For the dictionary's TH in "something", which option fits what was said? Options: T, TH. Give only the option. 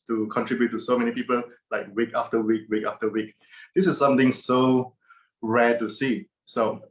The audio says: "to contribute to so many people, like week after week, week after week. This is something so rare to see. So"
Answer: T